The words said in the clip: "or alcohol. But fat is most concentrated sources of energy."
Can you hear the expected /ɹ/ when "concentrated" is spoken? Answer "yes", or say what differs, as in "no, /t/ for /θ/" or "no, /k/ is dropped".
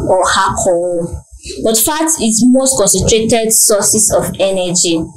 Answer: yes